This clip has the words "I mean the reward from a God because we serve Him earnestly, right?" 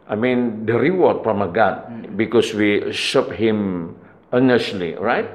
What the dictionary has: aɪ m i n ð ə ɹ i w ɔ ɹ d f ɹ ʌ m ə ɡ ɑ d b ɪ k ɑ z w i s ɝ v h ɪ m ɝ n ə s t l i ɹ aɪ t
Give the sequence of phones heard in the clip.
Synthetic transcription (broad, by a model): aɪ m i n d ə ɹ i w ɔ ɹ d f ɹ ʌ m ə ɡ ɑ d b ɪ k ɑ s w i ʃ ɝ p h ɪ m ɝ n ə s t l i ɹ aɪ t